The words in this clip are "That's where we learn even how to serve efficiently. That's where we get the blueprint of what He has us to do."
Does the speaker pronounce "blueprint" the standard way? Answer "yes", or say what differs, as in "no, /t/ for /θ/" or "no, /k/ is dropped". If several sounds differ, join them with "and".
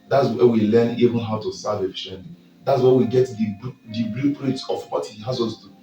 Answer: no, /n/ is dropped